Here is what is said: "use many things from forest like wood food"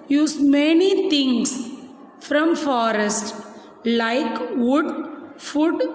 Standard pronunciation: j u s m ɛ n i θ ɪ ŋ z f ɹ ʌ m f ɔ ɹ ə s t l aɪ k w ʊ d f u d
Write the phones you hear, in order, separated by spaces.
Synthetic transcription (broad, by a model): j u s m ɛ n i t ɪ ŋ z f ɹ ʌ m f ɔ ɹ ə s t l aɪ k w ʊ d f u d